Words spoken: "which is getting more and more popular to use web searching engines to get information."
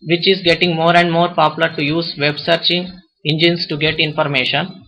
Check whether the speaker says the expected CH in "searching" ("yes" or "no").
yes